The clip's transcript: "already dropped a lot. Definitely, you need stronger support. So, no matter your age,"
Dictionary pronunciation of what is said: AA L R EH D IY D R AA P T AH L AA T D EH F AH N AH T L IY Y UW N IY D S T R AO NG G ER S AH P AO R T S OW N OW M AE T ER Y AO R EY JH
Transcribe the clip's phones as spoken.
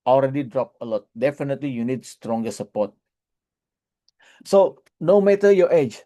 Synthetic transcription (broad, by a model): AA L R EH D IY D R AA P AH L AA T D EH F AH N AH T L IY Y UW N IY D S T R AO NG G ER S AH P AO T S OW N OW M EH T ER Y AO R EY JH